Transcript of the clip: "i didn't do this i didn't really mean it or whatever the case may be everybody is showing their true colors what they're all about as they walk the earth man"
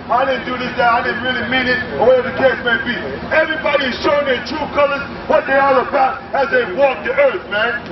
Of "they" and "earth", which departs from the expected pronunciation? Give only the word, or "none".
none